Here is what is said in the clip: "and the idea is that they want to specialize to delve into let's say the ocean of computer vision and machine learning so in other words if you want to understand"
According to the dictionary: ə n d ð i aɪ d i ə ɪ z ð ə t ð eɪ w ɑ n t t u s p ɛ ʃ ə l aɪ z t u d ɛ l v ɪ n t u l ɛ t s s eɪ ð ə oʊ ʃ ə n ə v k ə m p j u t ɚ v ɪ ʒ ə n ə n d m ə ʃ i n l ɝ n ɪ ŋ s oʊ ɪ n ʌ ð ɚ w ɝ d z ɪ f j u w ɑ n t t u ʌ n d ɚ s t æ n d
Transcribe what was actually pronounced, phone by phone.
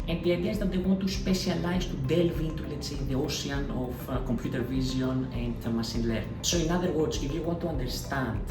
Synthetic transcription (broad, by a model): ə n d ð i aɪ d i ə ɪ z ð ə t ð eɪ w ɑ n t t u s p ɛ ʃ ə l aɪ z t u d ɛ l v ɪ n t u l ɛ t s s eɪ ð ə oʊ s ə n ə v k ə m p j u t ɚ v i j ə n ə n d m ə s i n l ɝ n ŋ s oʊ ɪ n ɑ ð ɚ w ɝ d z ɪ f j u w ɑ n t t u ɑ n d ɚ s t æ n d